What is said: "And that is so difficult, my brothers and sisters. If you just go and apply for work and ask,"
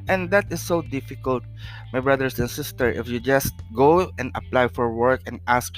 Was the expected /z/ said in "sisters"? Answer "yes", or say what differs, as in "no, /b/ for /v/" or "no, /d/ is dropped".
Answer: no, /z/ is dropped